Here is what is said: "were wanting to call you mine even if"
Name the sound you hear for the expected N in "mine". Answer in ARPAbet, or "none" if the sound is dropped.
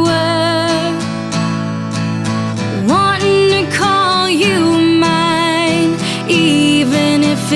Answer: N